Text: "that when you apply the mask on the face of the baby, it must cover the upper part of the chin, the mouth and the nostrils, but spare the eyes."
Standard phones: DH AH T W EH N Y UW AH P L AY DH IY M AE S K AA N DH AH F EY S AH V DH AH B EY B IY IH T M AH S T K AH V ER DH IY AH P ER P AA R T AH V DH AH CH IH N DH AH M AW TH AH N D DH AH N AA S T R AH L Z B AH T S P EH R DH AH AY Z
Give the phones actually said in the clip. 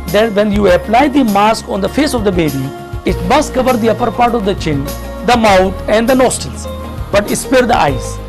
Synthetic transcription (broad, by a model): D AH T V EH N Y UW AH P L AY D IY M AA S K AA N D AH F EY S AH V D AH B EY B IY IH T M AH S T K AH V ER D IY AH P ER P AA R T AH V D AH CH IH N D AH M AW T AH N D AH N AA S T AH L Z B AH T S P EH R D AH AY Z